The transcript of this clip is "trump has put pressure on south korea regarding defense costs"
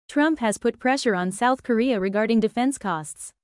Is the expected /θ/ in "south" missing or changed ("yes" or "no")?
no